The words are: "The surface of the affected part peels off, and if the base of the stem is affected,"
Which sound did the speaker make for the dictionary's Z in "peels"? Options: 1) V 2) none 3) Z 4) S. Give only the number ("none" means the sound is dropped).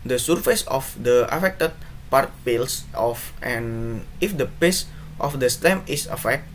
4